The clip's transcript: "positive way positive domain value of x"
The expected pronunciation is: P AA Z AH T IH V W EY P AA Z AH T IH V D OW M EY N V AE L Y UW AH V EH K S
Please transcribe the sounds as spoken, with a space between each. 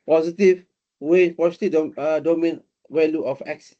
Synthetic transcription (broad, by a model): P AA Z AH T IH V W EY P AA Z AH T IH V D OW M EY N W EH L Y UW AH F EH K S